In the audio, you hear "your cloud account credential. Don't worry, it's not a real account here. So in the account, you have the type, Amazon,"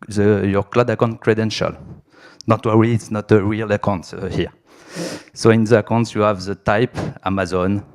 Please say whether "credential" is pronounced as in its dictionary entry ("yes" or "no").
yes